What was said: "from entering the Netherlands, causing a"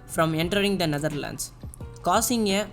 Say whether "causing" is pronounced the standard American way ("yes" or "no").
no